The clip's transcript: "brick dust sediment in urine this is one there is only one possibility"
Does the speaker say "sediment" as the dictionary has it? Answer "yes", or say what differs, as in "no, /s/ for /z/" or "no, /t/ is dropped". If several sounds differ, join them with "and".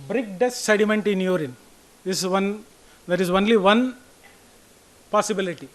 yes